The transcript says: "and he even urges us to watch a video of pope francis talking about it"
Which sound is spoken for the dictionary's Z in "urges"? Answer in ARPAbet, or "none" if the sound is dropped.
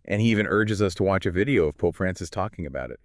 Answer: Z